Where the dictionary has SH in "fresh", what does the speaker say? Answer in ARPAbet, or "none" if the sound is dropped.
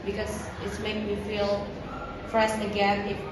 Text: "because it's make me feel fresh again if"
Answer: S